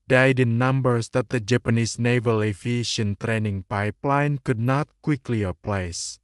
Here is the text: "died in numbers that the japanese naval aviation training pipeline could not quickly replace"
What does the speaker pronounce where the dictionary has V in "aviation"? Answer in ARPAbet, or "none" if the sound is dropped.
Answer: F